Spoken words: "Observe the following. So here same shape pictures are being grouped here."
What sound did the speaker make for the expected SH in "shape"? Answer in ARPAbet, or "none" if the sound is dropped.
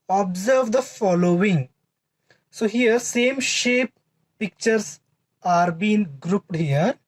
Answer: SH